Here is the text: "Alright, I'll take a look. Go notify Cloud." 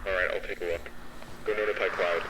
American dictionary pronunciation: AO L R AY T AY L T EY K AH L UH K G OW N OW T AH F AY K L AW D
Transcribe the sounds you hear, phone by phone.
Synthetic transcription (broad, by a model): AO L R AY T AY L T EY K AH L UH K G OW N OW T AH P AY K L AW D